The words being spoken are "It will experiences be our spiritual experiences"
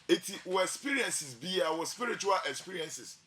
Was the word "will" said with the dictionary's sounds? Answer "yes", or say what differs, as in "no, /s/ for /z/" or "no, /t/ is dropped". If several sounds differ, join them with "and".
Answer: no, /w/ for /l/